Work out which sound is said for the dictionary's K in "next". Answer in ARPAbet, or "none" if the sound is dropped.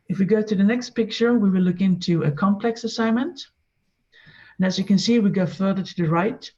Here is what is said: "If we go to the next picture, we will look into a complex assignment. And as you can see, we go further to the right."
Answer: K